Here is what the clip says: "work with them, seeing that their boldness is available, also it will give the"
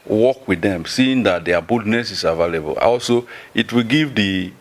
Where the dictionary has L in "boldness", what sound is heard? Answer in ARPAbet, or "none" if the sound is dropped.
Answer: none